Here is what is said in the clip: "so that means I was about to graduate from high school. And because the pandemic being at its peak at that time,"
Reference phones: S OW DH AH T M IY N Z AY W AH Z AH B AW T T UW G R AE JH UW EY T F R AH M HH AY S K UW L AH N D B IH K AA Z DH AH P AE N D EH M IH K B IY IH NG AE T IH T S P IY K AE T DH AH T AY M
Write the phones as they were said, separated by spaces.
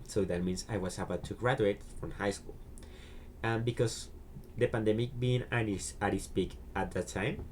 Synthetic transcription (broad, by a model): S OW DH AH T M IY N S AY W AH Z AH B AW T T UW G R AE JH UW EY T F R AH M HH AY S K UW L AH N B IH K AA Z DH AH P AE N D EH M IH K B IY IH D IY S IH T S P IY K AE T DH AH T AY M